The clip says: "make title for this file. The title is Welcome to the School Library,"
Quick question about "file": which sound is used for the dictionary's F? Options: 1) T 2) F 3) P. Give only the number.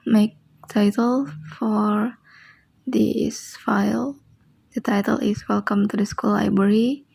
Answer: 2